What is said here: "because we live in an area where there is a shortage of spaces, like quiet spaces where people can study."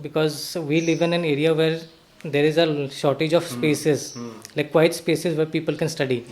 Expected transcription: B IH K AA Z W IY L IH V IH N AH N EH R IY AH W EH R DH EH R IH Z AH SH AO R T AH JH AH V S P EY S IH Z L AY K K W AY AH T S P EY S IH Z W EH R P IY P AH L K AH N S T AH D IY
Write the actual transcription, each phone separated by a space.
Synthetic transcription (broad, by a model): B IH K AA Z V IY L IH V IH N AH N EH R IY AH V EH R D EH R IH Z AH SH AO R T AH JH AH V S P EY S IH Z L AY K K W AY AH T S P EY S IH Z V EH R P IY P AH L K AH N S T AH D IY